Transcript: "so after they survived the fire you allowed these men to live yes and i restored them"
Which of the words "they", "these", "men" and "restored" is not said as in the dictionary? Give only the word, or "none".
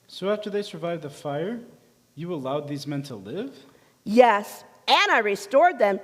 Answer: none